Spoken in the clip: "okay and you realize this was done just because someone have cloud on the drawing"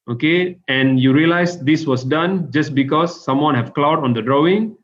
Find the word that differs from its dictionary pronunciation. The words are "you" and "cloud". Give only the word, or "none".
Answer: none